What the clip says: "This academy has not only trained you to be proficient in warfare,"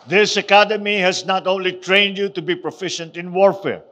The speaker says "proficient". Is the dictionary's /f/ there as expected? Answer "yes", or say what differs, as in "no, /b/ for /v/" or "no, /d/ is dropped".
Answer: yes